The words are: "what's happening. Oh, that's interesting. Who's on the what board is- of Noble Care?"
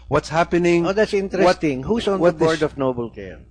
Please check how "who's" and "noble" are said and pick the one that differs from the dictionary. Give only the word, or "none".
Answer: who's